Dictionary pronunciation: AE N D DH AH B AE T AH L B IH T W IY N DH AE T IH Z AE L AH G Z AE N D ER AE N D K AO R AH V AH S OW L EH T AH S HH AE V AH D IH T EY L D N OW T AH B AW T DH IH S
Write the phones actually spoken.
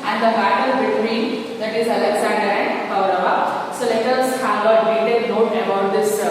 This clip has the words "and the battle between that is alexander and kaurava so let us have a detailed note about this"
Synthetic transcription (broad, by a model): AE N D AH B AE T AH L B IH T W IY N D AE T IH Z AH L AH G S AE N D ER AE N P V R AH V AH S OW L EH T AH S HH AE V AH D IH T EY D N OW T AH B AW T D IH S